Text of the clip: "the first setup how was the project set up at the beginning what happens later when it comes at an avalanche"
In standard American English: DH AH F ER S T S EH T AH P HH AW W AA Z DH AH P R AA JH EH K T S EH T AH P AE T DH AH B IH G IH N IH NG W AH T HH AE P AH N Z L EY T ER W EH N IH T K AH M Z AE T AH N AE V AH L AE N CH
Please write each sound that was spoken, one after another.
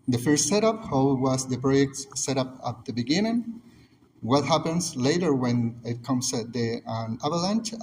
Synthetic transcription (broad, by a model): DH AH F ER S T S EH T AH P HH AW W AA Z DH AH P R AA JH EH K T S EH T AH P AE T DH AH B IH G IH N IH NG W AH T HH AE P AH N S L EY T ER W EH N IH T K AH M S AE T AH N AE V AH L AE N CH